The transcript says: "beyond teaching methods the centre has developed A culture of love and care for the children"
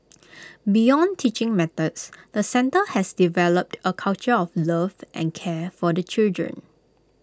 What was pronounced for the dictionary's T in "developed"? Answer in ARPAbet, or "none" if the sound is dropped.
T